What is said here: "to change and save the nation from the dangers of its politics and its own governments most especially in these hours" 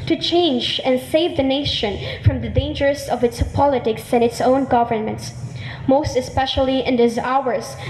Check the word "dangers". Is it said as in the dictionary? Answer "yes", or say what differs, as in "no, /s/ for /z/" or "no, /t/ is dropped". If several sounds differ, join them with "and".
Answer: no, /s/ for /z/